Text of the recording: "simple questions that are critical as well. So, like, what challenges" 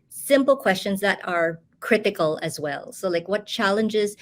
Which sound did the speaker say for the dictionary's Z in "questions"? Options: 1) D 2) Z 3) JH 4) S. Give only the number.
2